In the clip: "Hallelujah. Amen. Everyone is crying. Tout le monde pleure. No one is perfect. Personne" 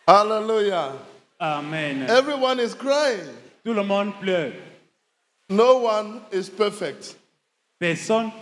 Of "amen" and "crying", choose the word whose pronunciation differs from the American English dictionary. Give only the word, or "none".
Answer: none